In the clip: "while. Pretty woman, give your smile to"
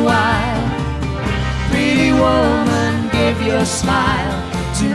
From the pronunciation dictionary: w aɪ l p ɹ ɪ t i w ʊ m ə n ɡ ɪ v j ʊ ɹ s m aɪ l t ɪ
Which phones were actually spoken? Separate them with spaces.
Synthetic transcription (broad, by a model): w aɪ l f ɹ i w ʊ m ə n ɡ ɪ v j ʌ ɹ s m aɪ l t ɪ